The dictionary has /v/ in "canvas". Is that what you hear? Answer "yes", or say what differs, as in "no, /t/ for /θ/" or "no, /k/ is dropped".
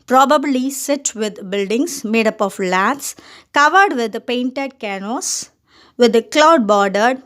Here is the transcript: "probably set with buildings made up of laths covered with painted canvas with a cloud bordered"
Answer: no, /v/ is dropped